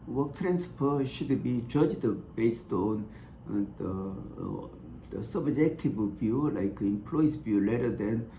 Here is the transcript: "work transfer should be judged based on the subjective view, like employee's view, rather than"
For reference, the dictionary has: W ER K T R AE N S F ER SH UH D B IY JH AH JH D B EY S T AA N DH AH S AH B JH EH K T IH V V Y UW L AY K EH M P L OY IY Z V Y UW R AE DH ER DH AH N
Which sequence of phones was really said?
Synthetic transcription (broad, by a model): W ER K T R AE N S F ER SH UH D B IY JH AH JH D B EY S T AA N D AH S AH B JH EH K T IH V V Y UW L AY K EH M P L OY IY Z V Y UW L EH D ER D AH N